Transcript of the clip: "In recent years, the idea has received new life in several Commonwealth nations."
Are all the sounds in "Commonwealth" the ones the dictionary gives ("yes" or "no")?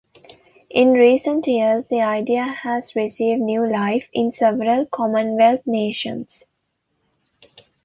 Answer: no